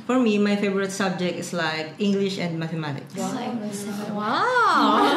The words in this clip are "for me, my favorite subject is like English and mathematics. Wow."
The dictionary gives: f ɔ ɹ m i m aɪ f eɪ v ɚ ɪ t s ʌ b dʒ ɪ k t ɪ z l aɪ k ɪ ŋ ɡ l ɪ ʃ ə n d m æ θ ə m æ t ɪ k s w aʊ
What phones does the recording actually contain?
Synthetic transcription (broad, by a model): f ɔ ɹ m i m aɪ f eɪ v ɚ ɪ t s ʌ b dʒ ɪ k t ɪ s l aɪ k ɪ ŋ ɡ l ɪ ʃ ə n d m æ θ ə m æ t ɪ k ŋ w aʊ